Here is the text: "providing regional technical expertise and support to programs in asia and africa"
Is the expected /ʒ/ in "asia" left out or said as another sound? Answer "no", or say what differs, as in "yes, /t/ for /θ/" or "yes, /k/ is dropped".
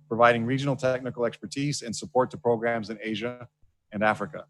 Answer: no